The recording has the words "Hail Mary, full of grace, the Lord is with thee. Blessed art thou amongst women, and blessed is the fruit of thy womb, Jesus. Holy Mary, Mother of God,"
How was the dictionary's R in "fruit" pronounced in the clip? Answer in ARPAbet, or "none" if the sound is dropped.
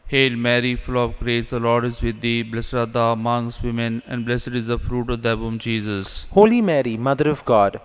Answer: R